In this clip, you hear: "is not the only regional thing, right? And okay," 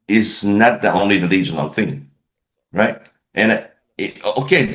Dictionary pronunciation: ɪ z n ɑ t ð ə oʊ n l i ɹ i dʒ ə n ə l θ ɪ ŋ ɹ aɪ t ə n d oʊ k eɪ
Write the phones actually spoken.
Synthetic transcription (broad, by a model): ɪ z n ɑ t ð ə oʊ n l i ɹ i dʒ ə n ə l θ ɪ ŋ ɹ aɪ t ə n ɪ oʊ k eɪ